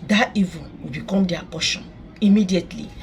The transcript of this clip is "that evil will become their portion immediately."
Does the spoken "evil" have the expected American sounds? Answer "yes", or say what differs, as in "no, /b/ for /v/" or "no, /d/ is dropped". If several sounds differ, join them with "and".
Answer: no, /n/ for /l/